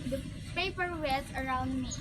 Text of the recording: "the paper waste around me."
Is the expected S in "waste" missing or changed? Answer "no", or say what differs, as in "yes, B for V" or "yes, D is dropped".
yes, S is dropped